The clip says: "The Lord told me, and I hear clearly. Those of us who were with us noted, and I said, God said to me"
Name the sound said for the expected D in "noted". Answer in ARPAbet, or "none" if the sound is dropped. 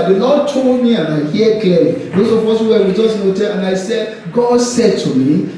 none